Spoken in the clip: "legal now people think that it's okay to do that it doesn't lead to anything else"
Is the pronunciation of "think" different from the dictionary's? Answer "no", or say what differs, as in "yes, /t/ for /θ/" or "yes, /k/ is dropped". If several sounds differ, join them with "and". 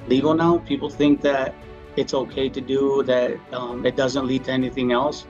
no